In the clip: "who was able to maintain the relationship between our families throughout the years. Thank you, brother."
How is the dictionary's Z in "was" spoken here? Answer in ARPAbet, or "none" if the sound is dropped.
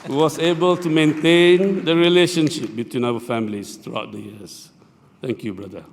S